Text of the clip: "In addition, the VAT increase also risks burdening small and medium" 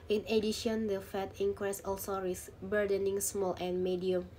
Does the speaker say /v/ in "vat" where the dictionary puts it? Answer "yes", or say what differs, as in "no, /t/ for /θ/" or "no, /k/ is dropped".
no, /f/ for /v/